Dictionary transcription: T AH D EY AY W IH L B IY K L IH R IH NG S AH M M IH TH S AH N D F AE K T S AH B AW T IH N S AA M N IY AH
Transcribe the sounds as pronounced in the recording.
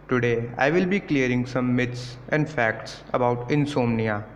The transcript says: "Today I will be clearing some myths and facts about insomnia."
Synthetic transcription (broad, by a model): T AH D EY AY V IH L B IY K L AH R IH NG S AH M M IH T S AH N D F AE K T S AH B AW T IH N S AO M N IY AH